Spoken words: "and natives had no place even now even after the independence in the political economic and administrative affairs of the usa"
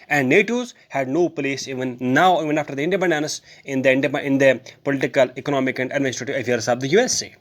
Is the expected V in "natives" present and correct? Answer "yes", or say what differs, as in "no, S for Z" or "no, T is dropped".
no, V is dropped